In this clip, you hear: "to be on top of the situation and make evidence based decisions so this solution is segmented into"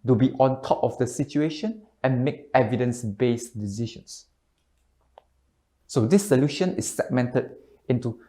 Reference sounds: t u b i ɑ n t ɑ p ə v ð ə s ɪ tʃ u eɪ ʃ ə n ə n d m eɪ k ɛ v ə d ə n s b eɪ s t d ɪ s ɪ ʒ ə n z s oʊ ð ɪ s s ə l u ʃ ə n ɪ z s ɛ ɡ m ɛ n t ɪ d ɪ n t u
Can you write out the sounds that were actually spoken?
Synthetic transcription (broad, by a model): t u b i ɑ n t ɑ p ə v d ə s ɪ tʃ u eɪ ʃ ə n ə n m eɪ k ɛ v ə d ə n s b eɪ s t d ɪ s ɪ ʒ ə n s s oʊ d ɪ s s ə l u ʃ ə n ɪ s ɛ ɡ m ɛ n t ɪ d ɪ n t u